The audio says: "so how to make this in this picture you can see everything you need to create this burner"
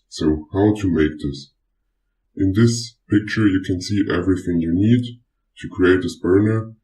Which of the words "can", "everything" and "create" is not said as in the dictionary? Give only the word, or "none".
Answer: none